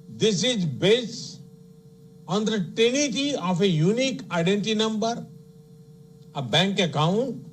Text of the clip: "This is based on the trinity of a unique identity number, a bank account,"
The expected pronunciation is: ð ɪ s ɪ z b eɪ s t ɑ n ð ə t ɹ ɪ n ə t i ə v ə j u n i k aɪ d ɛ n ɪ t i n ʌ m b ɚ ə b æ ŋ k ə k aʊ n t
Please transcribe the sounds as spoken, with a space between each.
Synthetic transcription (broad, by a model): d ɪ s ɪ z b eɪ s ɑ n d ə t ɪ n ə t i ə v ə j u n i k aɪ d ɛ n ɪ t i n ʌ m b ɚ ə b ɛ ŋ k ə k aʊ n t